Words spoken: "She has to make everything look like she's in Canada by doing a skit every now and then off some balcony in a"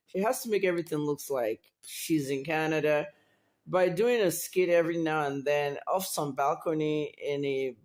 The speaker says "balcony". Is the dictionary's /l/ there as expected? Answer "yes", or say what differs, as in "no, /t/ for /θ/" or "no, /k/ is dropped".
yes